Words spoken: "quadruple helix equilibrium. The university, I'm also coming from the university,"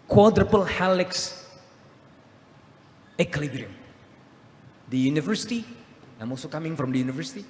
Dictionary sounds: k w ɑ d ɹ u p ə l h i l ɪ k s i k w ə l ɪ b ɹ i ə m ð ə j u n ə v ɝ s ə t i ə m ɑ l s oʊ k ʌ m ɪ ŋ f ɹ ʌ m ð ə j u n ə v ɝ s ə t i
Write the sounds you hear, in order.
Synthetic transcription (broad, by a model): k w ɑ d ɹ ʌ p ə l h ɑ l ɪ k s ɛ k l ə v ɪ ɹ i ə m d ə j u n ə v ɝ s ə t i ə m ɑ l s oʊ k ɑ m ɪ ŋ f ɹ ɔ m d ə j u n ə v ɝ s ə t i